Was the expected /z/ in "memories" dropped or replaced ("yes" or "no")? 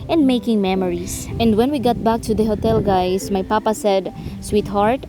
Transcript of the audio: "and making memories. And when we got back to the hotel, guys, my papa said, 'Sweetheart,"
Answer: yes